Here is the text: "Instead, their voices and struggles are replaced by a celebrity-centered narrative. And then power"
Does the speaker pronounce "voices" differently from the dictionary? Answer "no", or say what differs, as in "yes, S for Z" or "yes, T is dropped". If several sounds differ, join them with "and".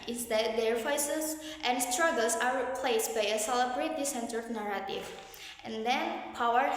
yes, F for V